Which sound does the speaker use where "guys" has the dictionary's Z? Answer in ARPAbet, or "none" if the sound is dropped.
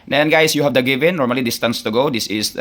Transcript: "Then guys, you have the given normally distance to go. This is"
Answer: S